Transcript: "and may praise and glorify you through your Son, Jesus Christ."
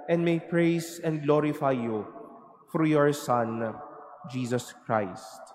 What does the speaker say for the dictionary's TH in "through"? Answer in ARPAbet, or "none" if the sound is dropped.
F